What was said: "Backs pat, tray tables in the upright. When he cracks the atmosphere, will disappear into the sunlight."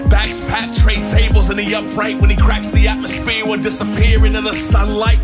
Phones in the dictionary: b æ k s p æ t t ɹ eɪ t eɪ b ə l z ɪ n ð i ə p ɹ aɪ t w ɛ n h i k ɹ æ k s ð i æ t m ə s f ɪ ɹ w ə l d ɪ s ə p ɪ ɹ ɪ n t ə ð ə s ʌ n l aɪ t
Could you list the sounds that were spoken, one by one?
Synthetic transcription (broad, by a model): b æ k s p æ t t ɹ eɪ t eɪ b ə l z ɪ n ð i ə p ɹ aɪ t w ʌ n i k ɹ æ k s ð i æ t m ə s f ɪ ɹ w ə n d ɪ s ə p ɪ ɹ ɪ n t ə ð ə s ʌ n l aɪ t